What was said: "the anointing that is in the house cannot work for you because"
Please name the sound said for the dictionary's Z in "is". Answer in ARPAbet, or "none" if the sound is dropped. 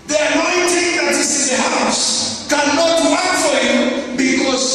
S